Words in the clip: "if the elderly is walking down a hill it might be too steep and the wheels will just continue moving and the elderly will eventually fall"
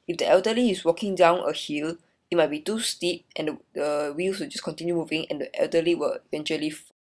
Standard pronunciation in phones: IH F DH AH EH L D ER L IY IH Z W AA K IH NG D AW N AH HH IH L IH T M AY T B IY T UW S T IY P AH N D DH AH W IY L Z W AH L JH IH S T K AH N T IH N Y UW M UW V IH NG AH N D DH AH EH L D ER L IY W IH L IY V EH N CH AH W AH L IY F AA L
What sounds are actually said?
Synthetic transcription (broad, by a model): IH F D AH EH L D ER L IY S W AA K IH NG D AW N AH HH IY L IH T M AY T B IY T UW S T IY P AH N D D AH W IY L S W AH L JH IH S K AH N T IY N Y UW M UW V IH NG AH N D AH EH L D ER L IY W IH L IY V EH N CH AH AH L IY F